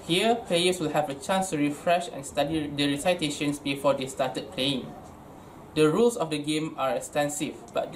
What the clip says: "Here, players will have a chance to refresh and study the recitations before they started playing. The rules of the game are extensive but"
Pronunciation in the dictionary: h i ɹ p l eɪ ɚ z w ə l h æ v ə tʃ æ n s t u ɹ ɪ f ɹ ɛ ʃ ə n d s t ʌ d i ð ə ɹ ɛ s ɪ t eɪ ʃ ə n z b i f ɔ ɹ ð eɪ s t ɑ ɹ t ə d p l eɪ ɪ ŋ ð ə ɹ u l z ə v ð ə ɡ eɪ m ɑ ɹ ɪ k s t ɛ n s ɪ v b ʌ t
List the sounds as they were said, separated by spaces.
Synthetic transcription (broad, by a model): h i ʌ p l eɪ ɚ s w ə l h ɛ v ə tʃ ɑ n s t u ɹ ɪ f ɹ ɛ ʃ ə n s t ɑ d i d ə ɹ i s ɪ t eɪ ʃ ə n s b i f ɔ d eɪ s t ɑ t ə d p l eɪ ɪ ŋ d ə ɹ u l s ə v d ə ɡ eɪ m ɑ ɹ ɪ k s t ɛ n s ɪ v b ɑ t